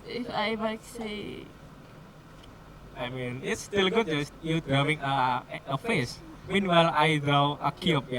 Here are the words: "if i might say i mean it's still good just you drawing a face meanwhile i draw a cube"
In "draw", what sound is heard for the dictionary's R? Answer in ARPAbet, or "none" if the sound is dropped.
none